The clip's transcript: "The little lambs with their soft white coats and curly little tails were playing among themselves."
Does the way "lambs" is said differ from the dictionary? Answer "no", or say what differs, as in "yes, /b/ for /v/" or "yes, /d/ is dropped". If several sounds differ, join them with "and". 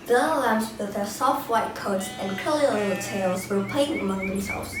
yes, /m/ is dropped